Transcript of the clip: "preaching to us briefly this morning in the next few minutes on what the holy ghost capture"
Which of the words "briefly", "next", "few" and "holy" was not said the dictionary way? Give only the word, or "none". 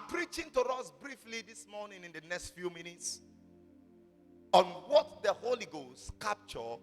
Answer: none